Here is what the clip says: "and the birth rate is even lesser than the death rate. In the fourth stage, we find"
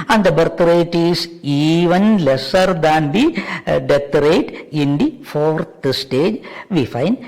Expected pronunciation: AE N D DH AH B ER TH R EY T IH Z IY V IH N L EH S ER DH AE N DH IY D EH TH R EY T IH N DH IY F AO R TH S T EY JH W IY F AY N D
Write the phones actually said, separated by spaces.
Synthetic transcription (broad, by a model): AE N D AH B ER T R EY T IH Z IY V IH N L EH S ER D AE N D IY D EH T R EY T IH N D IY F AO R T S T EY JH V IY F AY N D